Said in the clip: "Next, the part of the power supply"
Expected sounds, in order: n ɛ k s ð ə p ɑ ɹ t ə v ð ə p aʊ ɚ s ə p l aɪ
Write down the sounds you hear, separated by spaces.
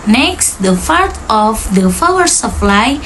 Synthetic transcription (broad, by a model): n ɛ k s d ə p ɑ ɹ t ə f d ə f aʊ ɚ s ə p l aɪ